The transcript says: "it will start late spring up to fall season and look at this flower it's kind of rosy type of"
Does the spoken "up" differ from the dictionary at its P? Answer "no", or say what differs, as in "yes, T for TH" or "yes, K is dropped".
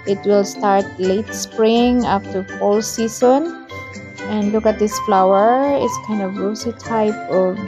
yes, F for P